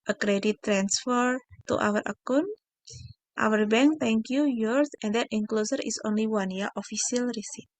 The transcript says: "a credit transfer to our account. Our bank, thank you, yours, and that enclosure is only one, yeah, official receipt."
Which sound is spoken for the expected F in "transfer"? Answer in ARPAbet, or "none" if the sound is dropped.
F